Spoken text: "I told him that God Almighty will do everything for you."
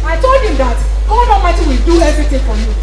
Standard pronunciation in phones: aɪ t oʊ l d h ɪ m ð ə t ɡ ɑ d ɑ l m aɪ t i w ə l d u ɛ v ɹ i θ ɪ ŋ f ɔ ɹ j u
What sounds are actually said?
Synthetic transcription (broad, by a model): aɪ t oʊ l d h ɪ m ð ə t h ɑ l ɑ m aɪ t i w ə l d u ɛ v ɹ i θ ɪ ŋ f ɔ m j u